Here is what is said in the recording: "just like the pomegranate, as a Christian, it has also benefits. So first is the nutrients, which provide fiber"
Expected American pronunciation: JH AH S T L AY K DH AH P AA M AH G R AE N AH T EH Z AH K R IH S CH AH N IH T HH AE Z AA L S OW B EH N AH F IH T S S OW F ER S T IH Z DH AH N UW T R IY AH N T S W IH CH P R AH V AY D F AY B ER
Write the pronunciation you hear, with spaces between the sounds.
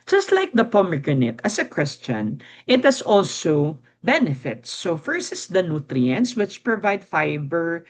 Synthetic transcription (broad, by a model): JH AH S T L AY K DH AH P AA M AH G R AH N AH T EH S AH K W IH S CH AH N IH T HH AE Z AA L S OW B EH N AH F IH T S S OW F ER S IH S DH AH N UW T R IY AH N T S W IH CH P R AH V AY D F AY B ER